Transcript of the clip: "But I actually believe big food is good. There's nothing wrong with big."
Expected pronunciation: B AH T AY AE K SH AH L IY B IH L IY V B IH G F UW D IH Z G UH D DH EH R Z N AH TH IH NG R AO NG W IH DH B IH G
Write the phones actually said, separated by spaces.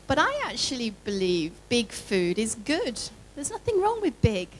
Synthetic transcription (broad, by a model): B AH T AY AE K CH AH L IY B IH L IY V B IH G F UW D IH Z G UH D DH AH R Z N AH TH IH NG R AO NG W IH DH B IH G